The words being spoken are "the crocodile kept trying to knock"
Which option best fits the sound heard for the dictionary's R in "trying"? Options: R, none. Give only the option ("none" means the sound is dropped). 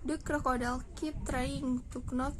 R